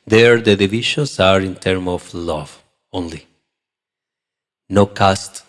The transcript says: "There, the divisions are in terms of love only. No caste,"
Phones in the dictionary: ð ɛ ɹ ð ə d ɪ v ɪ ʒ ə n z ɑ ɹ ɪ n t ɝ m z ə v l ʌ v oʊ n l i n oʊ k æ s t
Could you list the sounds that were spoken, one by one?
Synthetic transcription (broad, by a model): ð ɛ ɹ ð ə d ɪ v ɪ ʃ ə n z ɑ ɹ ɪ n t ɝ m ə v l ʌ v oʊ n l i n oʊ k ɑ s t